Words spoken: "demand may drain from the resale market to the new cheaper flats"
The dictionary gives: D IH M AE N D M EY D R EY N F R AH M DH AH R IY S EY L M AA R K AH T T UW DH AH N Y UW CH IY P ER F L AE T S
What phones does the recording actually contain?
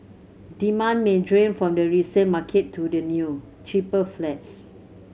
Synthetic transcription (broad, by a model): D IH M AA N M EY D R EY N F R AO M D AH R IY S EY N M AA K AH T T UW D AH N Y UW CH IY P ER F L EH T S